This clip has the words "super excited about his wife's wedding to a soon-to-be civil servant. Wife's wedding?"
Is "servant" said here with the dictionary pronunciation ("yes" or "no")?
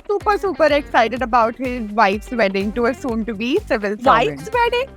no